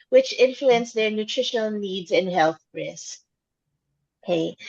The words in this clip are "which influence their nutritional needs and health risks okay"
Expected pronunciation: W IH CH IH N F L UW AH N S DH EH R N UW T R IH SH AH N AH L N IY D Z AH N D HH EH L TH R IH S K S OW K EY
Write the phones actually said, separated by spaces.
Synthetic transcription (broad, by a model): W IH CH IH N F L UW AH N S DH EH R N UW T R IH SH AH N L N IY D Z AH N HH EH L TH R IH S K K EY